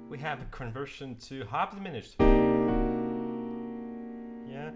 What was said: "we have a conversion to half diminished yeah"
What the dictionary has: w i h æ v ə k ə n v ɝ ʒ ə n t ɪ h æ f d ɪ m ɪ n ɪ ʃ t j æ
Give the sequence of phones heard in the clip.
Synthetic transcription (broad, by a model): w i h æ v ə k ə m v ɝ ʃ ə n t ɪ h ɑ p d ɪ m ɪ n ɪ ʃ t j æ